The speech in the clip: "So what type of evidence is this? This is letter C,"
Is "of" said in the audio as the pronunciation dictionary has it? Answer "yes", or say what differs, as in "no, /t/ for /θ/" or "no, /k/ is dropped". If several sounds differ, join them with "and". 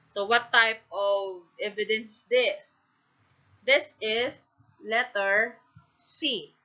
yes